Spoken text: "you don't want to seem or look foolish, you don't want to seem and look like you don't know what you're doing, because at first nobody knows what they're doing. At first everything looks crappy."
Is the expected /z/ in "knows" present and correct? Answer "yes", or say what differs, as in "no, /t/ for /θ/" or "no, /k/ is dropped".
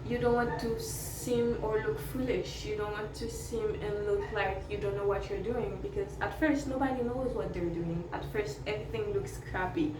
yes